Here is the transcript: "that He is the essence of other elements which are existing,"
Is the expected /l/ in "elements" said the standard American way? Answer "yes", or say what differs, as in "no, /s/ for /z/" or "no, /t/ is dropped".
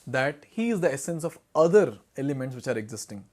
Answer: yes